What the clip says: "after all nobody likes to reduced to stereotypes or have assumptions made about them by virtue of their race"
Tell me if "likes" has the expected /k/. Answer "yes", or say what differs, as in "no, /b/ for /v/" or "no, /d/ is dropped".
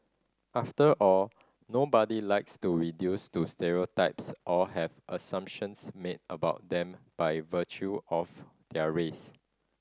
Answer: yes